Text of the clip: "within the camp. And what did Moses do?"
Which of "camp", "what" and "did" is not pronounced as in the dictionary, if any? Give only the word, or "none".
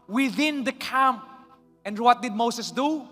none